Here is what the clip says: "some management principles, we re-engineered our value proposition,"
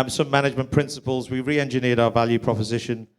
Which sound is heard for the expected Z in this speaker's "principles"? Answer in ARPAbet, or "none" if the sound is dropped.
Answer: Z